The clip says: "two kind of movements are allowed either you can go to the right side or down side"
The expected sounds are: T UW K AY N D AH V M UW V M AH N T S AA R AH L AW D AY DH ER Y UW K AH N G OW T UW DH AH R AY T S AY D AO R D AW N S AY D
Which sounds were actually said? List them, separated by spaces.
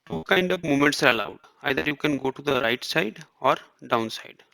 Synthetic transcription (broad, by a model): T UW K AY N D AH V M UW M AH N T S AA R AH L AW D AY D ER Y UW K AH N G OW T UW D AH R AY T S AY D AO R D AW N S AY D